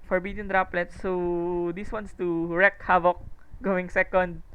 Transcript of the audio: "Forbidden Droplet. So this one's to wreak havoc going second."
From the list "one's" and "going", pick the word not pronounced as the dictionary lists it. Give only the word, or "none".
one's